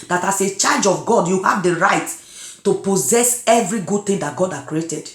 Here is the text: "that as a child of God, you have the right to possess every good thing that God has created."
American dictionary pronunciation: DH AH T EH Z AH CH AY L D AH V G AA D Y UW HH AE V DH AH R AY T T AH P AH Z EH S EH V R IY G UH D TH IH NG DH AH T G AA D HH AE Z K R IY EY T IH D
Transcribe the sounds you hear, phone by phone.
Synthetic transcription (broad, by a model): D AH T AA S AH CH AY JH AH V G AA D Y UW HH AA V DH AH R AY T T AH P AH Z EH S EH V R IY G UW D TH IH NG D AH T G AA D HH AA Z K R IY EY T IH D